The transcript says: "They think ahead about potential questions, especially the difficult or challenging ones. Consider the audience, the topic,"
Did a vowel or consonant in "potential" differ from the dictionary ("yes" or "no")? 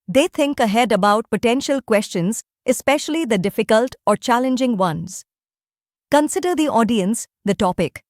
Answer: no